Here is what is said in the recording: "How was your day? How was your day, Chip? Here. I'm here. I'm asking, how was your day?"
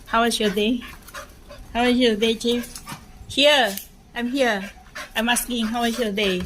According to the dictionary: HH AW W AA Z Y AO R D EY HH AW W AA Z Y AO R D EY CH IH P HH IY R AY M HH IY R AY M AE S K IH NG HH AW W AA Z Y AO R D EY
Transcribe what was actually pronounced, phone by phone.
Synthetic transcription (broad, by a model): HH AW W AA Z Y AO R D EY HH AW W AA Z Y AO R D EY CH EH F HH IY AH AY M HH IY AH AY M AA S K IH NG HH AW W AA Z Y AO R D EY